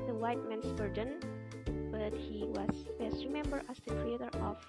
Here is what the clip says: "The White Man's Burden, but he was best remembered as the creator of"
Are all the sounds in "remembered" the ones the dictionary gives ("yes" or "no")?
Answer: no